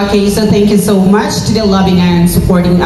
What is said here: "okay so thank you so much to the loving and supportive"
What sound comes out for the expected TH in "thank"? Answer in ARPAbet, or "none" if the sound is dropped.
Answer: TH